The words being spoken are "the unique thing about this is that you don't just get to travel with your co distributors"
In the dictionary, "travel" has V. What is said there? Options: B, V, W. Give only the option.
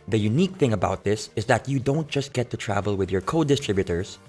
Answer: V